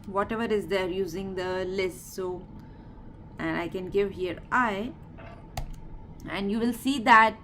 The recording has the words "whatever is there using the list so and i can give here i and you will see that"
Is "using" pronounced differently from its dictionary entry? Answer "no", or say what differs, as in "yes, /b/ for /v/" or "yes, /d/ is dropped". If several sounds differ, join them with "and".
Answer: no